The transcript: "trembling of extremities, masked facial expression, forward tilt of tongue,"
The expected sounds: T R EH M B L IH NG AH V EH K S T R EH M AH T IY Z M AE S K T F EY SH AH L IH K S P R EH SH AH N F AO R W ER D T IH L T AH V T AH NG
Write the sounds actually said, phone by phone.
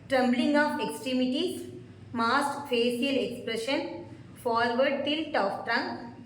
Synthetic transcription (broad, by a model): T R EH M B L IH NG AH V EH K S T R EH M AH T IY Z M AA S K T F EY S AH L IH K S P R EH SH AH N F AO R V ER D T IH L T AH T T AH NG